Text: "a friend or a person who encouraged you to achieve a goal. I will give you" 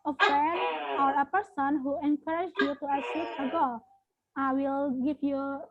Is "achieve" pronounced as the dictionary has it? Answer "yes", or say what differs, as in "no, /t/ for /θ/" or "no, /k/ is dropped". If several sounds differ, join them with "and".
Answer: no, /s/ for /tʃ/